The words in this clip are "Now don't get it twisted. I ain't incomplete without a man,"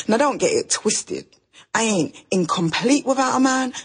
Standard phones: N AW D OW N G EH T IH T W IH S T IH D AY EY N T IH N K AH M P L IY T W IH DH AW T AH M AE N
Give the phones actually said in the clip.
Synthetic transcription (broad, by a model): N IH D OW N G EH T IH T W IH S T IH D AY EY N T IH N K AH M P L IY T W IH DH AW T AH M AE N